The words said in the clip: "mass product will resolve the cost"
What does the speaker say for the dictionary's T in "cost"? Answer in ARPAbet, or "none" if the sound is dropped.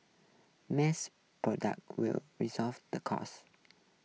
none